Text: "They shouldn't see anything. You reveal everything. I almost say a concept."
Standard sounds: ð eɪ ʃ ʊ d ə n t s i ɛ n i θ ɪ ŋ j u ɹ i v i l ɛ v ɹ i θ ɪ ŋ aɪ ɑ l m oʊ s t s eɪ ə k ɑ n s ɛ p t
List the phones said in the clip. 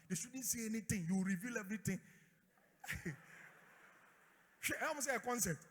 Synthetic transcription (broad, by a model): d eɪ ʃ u d n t s i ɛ n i t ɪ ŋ j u ɹ i v i l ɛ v ɹ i t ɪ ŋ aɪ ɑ m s s eɪ ə k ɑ n s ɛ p t